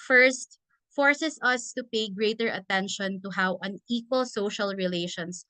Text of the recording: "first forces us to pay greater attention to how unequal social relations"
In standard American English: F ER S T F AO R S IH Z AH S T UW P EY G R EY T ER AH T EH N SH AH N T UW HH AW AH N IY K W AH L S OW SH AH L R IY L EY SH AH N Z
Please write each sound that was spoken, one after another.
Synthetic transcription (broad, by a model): F ER S T F AO R S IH S AH S T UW P EY G R EY T ER AH T EH N SH AH N T UW HH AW AH N IY K W AH L S OW SH AH L R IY L EY SH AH N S